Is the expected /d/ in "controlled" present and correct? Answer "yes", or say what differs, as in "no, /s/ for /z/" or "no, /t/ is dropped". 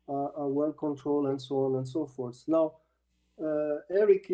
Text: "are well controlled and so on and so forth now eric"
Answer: no, /d/ is dropped